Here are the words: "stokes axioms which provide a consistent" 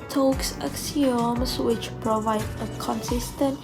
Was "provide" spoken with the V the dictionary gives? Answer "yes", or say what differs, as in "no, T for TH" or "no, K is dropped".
yes